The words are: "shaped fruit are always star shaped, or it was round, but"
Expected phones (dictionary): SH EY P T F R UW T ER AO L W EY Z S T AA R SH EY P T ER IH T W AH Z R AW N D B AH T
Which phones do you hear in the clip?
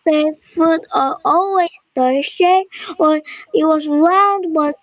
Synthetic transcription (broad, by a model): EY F UW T ER AO L W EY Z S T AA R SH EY ER IH T W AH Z R AW N D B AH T